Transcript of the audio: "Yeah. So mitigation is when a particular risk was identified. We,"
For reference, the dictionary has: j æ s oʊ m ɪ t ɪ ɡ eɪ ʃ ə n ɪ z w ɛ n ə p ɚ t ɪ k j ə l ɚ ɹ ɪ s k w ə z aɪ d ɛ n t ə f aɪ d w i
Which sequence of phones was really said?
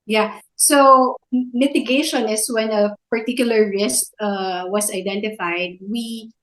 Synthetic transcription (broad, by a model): j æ s oʊ m ɪ t ɪ ɡ eɪ ʃ ə n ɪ s w ɛ n ə p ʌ t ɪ k j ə l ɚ ɹ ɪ s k w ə s aɪ d ɛ n t ə f aɪ d w i